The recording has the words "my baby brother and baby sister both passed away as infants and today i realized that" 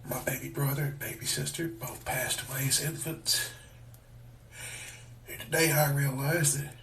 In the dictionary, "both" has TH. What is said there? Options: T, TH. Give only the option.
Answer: TH